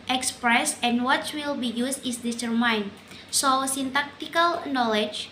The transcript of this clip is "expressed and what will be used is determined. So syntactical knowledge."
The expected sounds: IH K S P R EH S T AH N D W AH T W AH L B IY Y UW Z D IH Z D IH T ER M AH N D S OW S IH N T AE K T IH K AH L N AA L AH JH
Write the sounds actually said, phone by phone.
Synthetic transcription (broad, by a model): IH K S P R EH S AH N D W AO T W AH L B IY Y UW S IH S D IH S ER M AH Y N S OW S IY N T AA K T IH K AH L N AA L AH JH